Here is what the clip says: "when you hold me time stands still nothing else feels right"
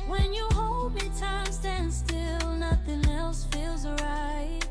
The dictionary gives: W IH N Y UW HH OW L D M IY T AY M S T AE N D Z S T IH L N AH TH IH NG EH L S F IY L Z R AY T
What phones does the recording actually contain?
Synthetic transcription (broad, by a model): W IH N Y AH HH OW L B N T AY M S T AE N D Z S T IH L N AH TH IH NG EH L S F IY L Z R AY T